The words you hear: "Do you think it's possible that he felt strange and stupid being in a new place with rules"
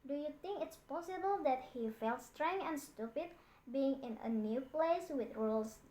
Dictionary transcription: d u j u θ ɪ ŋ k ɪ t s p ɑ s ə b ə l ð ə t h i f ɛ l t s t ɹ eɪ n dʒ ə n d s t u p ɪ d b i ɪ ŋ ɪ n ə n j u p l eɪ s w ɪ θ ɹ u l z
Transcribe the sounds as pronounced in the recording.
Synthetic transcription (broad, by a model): d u j u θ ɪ ŋ k ɪ t s p ɑ s ə b ə l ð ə t h i f ɛ l t s t ɹ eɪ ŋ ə n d s t u p ɪ d b i ɪ ŋ ɪ n ə n j u p l eɪ s w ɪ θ ɹ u l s